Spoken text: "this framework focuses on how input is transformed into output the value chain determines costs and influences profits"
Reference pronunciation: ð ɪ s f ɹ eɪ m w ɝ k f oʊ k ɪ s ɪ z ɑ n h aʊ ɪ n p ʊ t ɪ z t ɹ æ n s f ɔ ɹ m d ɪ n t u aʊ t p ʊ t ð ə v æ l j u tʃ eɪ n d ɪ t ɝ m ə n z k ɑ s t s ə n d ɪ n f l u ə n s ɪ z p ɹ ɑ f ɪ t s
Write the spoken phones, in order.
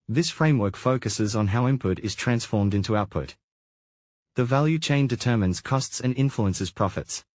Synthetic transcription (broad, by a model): ð ɪ s f ɹ eɪ m w ɝ k f oʊ k ɪ s ɪ z n h aʊ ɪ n p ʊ t ɪ z t ɹ æ n s f ɔ ɹ m d ɪ n t u aʊ t p ʊ t ð ə v æ l j u tʃ eɪ n d ɪ t ɝ m ə n z k ɑ s t s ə n ɪ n f l u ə n s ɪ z p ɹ ɑ f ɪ t s